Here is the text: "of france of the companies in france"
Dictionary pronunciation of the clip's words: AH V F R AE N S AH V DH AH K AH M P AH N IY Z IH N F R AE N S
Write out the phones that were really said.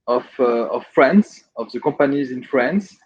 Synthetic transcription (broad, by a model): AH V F R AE N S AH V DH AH K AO P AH N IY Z IH N F R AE N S